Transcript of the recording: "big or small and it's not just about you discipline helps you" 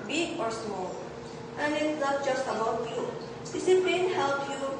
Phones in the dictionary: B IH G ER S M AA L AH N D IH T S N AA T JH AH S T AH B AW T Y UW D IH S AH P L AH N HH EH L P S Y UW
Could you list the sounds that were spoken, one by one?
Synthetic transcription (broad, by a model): B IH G ER S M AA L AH N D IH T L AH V JH AH S T AH B AW T Y UW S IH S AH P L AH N HH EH L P Y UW